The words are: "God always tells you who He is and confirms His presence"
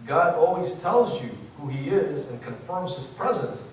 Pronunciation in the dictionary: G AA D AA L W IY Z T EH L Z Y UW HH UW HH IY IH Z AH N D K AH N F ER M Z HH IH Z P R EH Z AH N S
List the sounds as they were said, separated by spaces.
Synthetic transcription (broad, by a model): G AA D AA L W IY Z T EH L Z Y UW HH UW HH IY IH Z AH N K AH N F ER M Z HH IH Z P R EH Z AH N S